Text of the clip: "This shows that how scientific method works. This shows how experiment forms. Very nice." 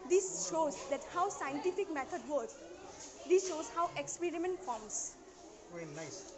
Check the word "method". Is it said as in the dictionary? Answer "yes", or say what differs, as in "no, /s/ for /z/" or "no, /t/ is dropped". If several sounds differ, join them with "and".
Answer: no, /t/ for /θ/